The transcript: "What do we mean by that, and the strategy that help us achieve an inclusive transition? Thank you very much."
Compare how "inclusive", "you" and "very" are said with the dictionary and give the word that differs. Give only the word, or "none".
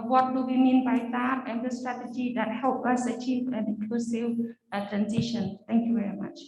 inclusive